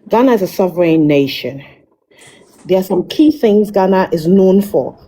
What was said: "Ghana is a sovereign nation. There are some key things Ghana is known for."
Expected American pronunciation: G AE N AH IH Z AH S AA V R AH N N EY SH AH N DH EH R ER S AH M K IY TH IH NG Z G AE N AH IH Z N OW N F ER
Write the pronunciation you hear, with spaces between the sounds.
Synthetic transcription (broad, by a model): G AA N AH IH Z AH S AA V R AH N N EY SH AH N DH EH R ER S AH M K IY TH IH NG Z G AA N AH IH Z N OW N F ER